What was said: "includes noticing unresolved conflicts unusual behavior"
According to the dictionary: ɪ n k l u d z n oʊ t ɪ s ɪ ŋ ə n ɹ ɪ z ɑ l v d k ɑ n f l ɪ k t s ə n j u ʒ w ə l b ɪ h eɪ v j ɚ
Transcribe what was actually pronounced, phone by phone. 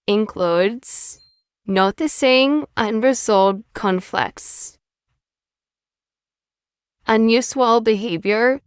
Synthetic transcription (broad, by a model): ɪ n k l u d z n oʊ t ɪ s ɪ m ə n ɹ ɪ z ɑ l d k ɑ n f l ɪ k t s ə n j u s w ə l b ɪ h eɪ v j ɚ